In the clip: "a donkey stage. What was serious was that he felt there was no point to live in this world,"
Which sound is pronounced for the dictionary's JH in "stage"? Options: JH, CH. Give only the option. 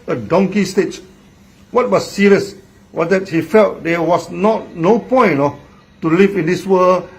CH